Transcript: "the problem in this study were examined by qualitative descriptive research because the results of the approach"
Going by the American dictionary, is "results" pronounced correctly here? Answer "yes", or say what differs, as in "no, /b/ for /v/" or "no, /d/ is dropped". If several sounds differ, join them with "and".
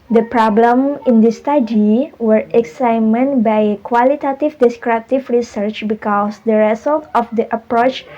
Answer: no, /s/ is dropped